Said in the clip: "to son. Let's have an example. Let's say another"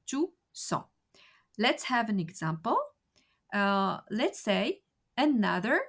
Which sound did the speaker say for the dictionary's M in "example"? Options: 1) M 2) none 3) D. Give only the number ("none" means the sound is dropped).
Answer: 1